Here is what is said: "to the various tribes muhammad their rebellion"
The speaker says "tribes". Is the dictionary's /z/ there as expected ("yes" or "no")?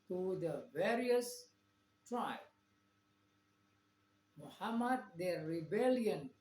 no